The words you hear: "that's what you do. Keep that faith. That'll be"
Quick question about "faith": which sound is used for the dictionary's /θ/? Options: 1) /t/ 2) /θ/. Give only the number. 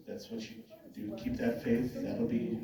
2